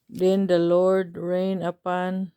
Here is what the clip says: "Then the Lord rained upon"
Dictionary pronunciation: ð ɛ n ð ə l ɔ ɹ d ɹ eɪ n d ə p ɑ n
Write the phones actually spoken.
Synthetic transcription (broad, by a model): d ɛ n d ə l ɔ ɹ d ɹ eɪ n ə p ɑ n